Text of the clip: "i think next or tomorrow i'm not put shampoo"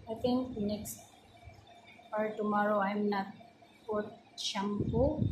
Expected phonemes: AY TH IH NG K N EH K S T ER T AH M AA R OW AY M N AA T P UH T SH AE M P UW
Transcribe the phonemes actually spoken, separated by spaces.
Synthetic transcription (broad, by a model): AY T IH NG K N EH K S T ER T AH M AA R OW AY M N AA T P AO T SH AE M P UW